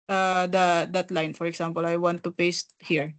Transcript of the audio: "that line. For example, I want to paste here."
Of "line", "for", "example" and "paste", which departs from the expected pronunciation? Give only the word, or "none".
example